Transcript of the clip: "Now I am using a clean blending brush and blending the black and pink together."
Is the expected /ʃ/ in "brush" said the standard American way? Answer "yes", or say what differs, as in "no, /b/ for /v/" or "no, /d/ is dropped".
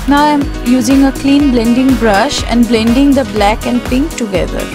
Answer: yes